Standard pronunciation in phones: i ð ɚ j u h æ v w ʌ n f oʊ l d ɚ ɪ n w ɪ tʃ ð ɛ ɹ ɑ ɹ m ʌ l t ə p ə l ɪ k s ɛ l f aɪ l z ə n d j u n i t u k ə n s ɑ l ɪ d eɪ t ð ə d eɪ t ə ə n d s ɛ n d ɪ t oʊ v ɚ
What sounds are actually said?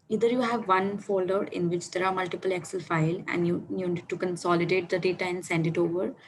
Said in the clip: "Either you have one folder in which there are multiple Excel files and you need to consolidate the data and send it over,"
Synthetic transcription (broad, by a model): i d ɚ j u h æ v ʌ n f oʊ l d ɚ ɪ n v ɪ tʃ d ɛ ɹ ɑ ɹ m ʌ l t ə p ə l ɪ k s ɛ l f aɪ l ə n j j u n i t u k ə n s ɑ l ɪ d eɪ t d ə d eɪ t ə ə n d s ɛ n d ɪ t oʊ v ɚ